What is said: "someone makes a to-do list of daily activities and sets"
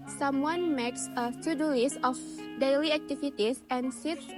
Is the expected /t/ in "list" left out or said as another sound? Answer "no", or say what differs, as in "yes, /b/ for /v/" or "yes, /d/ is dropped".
yes, /t/ is dropped